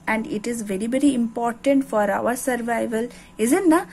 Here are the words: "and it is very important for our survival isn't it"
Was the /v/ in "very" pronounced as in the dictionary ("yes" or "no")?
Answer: yes